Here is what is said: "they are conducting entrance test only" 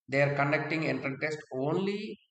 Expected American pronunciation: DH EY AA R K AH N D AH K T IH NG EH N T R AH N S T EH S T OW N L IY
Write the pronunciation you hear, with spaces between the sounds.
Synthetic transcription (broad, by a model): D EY AA R K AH N D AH K T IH NG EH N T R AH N T EH S T OW N L IY